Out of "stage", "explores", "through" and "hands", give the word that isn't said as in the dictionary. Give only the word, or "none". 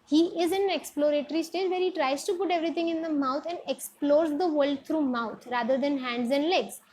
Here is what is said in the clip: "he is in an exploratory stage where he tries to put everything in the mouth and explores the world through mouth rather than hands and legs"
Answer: through